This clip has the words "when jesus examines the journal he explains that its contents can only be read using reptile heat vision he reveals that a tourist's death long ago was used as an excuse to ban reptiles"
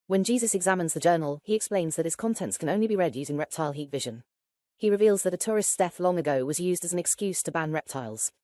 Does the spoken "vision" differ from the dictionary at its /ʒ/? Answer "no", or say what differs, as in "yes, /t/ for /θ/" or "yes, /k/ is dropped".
no